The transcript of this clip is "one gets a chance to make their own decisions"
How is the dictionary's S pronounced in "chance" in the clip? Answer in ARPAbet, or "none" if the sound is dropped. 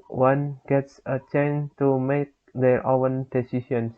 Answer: none